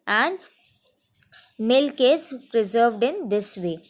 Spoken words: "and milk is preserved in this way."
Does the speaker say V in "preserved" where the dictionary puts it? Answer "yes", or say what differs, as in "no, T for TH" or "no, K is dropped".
yes